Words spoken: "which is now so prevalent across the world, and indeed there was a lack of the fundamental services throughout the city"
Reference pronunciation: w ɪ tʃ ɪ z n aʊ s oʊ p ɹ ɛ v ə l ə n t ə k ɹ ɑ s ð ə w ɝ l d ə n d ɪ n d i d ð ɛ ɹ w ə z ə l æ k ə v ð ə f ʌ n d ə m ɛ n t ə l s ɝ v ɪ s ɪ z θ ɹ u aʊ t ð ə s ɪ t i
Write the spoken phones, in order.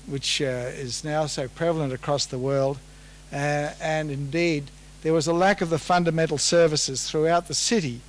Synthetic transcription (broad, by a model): w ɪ tʃ ɪ z n aʊ s oʊ p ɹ ɛ v l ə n t ə k ɹ ɑ s ð ə w ɝ l d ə n ɪ n d i d ð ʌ ɹ w ə z ə l æ k ə v ð ə f ʌ n d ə m ɛ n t l s ɝ v ɪ s ɪ z θ ɹ u aʊ t ð ə s ɪ t i